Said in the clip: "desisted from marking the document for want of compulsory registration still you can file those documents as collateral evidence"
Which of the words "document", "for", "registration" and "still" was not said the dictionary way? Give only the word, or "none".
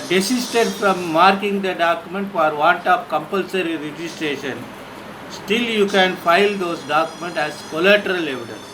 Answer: none